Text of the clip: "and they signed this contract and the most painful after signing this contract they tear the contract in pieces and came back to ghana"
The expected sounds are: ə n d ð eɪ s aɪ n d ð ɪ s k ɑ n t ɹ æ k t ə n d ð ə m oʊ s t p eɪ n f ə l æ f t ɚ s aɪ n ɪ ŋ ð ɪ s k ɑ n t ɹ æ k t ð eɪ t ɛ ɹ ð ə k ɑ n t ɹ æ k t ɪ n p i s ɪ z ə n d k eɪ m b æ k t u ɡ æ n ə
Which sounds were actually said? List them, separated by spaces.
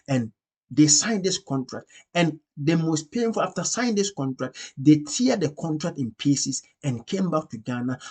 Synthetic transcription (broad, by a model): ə n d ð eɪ s aɪ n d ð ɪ s k ɑ n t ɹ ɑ k t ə n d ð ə m oʊ s t p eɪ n f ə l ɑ f t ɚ s aɪ ɪ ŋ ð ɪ s k ɑ n t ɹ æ k t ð eɪ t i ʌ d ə k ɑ n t ɹ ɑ k t ɪ n p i s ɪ s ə n k eɪ m b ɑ k t u ɡ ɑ n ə